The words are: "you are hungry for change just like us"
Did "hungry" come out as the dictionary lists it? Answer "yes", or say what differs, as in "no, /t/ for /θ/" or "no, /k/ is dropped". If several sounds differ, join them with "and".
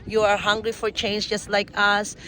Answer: yes